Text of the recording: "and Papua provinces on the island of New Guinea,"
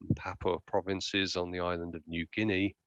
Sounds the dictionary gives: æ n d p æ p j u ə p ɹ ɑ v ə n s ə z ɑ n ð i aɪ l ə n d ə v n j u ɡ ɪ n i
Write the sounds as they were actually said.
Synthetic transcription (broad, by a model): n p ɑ p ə p ɹ ɑ v ə n s ə z n ð i aɪ l ə n d ə v n j u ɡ ɪ n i